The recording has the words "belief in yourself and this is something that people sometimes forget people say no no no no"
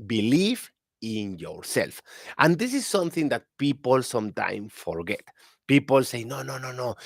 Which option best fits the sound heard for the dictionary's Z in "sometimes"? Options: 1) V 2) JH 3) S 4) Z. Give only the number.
3